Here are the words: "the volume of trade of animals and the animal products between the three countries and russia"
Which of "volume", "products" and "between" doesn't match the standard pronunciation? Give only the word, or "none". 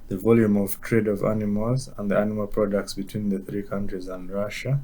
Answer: none